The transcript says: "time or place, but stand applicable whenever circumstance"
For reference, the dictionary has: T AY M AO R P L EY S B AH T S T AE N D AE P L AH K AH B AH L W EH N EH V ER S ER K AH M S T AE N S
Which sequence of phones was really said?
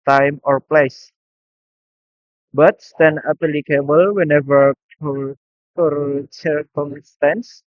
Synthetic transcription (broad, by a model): T AY M AO R P L EY S B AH T S T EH N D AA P L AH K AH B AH L W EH N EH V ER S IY K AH M S T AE N S